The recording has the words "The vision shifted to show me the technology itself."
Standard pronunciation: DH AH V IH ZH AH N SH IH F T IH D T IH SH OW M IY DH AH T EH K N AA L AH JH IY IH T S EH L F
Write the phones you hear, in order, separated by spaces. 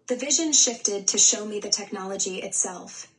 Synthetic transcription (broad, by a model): DH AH V IH ZH AH N SH IH F T IH D T IH SH OW M IY DH AH T EH K N AA L AH JH IY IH T S EH L F